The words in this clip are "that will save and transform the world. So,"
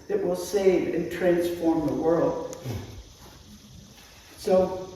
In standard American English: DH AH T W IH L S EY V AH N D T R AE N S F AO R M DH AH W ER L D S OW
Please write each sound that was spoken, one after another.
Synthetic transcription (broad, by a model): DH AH T W IH L S EY V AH N T R AE N S F AO R M DH AH W ER L D S OW